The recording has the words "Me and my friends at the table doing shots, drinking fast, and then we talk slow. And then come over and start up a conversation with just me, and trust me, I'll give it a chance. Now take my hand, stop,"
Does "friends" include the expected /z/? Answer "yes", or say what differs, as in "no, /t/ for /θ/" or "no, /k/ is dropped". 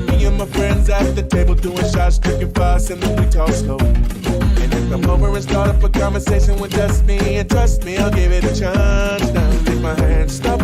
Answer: yes